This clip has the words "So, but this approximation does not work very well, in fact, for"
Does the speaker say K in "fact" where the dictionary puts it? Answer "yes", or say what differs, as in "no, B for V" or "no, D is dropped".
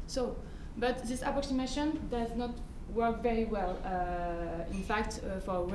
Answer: yes